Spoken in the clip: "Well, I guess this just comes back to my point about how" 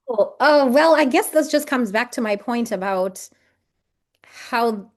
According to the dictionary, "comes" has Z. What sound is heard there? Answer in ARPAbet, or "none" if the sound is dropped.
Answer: Z